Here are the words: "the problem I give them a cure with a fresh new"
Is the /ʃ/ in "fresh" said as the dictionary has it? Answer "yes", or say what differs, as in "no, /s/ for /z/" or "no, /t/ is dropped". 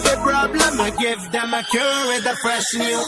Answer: no, /s/ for /ʃ/